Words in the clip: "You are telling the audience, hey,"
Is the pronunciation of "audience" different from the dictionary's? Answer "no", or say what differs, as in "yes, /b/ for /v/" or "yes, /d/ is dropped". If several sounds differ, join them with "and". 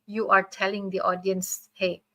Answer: no